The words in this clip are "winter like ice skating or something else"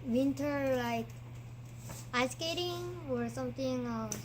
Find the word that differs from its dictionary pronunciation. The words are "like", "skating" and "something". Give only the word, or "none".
something